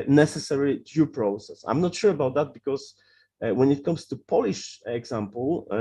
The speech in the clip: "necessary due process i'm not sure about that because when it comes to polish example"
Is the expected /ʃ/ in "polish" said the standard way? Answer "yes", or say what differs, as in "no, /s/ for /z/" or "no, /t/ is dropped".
yes